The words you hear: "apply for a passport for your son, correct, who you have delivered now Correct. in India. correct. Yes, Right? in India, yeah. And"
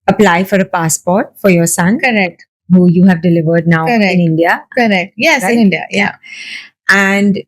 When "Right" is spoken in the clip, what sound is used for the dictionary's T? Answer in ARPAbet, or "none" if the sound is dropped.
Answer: none